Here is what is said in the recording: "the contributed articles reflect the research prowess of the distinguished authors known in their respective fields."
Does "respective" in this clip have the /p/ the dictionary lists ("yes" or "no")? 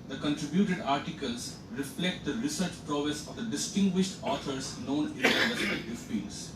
no